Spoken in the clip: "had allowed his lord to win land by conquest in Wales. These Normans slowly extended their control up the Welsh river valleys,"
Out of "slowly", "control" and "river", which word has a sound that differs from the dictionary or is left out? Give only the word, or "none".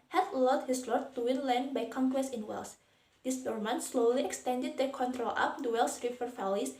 river